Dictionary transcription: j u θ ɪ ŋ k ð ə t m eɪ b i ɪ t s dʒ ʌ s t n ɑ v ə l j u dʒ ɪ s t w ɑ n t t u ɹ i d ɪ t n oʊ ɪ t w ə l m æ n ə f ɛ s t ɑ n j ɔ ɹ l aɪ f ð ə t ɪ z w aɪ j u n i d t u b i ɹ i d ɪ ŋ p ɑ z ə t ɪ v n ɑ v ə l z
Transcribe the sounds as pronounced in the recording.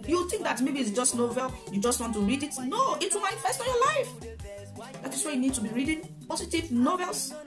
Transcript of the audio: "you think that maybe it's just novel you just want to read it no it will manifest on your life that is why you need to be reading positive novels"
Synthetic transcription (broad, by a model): j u θ ɪ ŋ k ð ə t m eɪ b i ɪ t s dʒ ʌ s t n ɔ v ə l j u dʒ ɪ s t w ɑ n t t u ɹ i d ɪ t n oʊ ɪ t w ə l m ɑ ə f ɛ s t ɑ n j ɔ l aɪ f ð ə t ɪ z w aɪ j u n i d t u b i ɹ i d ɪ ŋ p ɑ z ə t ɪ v n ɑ v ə l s